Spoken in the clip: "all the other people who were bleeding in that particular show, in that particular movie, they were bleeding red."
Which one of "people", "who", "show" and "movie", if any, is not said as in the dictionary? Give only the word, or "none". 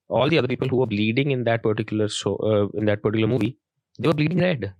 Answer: show